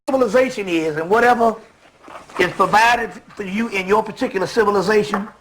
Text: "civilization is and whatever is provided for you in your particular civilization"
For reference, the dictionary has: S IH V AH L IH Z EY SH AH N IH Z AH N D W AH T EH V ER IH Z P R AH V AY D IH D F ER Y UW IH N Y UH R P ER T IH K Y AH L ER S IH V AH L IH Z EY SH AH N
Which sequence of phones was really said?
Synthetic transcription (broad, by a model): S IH V L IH Z EY SH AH N IH Z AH N W AH T EH V ER IH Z P R AH V AY D IH D F ER Y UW IH N Y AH R P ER T IH K Y L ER S IH V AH L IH Z EY SH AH N